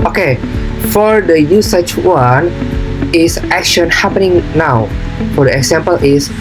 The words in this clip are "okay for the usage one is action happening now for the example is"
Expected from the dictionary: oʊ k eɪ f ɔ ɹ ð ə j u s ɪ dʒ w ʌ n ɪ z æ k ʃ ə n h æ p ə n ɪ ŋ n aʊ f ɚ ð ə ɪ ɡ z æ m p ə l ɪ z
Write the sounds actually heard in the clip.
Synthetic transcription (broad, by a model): oʊ k eɪ f ɔ ɹ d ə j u s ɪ tʃ w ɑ n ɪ s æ k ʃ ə n h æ p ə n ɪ ŋ n aʊ f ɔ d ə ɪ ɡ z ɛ m p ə l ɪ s